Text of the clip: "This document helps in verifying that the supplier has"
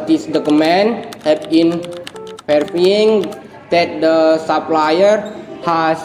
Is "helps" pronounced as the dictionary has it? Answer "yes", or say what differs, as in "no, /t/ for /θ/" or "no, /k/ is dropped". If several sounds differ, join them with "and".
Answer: no, /l/ is dropped and /s/ is dropped